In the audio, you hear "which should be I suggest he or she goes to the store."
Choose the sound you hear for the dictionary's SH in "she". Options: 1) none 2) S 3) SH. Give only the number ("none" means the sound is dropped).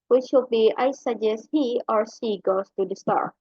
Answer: 2